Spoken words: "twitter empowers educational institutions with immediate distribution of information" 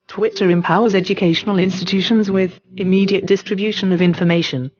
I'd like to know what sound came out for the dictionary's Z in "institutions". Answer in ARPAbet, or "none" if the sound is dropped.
Z